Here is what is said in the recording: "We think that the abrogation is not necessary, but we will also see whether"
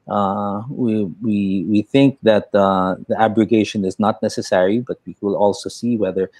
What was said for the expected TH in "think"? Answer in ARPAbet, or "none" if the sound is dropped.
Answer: TH